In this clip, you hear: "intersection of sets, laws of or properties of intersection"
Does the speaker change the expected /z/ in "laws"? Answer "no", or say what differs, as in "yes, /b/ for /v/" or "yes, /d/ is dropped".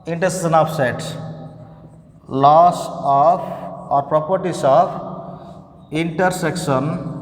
yes, /s/ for /z/